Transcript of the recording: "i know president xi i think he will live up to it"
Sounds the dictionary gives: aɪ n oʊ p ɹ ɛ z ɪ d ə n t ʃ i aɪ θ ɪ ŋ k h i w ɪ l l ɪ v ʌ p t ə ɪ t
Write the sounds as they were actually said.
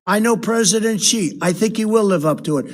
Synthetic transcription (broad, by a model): aɪ n oʊ p ɹ ɛ z ɪ d ə n t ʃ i aɪ θ ɪ ŋ k h i w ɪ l l ɪ v ʌ p t ə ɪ t